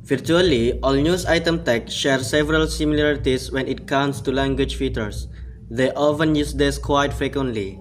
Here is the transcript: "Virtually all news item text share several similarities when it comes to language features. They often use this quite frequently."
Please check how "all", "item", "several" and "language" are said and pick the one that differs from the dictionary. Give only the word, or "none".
none